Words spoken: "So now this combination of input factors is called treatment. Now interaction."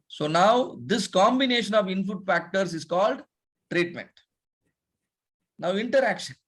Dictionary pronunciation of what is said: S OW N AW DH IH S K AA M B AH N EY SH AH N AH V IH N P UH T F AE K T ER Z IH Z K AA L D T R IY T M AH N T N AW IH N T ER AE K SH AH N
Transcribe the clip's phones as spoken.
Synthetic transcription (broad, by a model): S OW N AW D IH S K AA M B AH N EY SH AH N AH V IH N F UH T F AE K T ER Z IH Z K AA L D T R IY T M AH N T N AW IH N T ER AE K SH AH N